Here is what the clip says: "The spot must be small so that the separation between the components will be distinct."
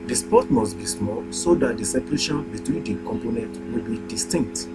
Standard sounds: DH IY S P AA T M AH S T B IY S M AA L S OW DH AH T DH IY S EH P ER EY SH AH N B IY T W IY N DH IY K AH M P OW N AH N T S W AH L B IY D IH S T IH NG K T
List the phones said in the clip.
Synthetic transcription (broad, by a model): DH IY S P AA T M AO S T B IY S M AA L S OW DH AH T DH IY S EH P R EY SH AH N B IY T W IY N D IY K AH M P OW N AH N T W AH L B IY D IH S T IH NG K T